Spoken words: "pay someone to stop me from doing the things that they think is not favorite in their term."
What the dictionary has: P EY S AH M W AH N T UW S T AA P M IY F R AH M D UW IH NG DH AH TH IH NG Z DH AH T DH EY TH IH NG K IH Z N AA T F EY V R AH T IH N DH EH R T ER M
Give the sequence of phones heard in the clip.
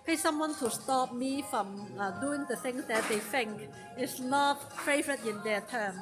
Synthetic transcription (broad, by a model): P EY S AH M W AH N T UW S T AA P M IY F R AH M D UW IH NG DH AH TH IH NG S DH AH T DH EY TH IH NG K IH S N AA T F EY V R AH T IH N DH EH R T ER M